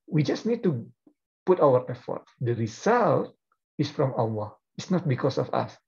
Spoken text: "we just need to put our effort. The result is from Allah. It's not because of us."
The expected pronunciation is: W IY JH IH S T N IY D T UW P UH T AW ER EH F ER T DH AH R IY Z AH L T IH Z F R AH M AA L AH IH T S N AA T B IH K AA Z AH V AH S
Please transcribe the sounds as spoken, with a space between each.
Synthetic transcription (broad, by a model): W IY JH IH S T N IY D T UW P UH T AW ER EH F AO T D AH R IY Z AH L T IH S F R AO M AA W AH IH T S N AA T B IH K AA S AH F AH S